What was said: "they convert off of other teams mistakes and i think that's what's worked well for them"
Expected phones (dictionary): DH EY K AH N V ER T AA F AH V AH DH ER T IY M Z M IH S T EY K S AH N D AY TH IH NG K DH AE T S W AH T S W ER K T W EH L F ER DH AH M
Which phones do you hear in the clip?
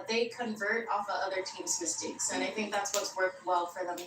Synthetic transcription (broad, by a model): DH EY K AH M V ER T AA F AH AH DH ER T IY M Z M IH S T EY K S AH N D AY TH IH NG K DH AE T S W AH T S W ER K T W EH L F ER DH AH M